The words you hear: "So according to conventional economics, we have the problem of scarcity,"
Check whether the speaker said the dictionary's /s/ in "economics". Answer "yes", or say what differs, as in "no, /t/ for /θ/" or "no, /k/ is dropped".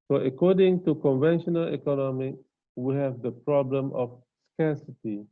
no, /s/ is dropped